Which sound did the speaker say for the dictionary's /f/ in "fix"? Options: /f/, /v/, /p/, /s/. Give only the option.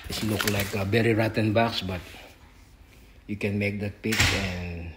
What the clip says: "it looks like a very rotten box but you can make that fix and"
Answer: /p/